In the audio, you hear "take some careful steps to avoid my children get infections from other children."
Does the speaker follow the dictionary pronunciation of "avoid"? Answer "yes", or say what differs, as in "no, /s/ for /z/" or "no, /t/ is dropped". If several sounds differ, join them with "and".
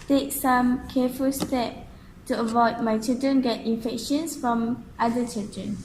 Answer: yes